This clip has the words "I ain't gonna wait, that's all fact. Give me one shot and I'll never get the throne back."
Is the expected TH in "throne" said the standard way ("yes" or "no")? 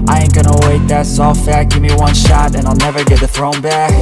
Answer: yes